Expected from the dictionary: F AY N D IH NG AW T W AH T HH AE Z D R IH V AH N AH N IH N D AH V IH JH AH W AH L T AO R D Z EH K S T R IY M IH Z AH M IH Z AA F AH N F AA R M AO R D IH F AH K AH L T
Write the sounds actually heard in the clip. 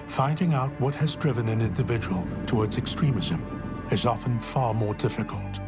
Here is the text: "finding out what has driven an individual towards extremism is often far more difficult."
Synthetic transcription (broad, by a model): F AY N D IH NG AW T W AH T HH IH Z D R IH V AH N AH N IH N D AH V IH JH AH W AH L T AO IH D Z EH K S T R IY M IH Z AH M IH Z AA F AH N F AA R M AO R D IH F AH K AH L T